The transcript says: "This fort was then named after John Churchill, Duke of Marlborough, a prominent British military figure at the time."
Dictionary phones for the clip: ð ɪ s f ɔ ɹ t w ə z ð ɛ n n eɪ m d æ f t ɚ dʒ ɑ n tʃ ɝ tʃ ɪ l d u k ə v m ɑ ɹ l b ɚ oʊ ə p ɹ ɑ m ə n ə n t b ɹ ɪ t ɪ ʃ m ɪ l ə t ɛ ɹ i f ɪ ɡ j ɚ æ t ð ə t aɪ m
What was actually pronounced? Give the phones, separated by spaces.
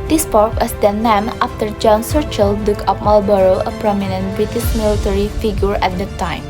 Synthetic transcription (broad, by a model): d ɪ s p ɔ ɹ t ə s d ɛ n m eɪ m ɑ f t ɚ dʒ ɑ n s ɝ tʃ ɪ l d u k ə f m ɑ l b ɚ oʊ ə p ɹ ɑ m ə n ə n t b ɹ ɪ t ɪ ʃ m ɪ l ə t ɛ ɹ i f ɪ ɡ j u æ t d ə t aɪ m